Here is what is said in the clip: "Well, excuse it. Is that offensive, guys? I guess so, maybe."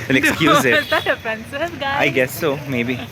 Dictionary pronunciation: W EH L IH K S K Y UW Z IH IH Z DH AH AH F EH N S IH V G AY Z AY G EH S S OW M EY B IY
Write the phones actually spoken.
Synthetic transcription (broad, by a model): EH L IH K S K Y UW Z IH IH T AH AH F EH N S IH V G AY AY G EH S S OW M EY B IY